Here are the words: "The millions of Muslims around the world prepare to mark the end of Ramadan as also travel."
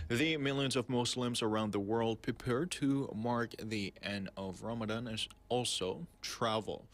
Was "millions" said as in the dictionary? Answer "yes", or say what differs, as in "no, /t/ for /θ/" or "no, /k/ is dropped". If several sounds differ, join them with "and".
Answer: yes